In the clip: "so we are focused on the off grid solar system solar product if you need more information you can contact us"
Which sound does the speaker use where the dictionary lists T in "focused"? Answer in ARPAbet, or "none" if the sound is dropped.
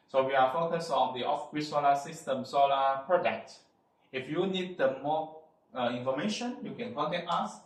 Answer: none